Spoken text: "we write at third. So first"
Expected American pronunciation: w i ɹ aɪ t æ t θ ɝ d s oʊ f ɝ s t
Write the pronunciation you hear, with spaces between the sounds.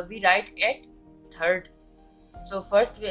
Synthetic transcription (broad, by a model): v i ɹ aɪ t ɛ t t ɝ d s oʊ f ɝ s t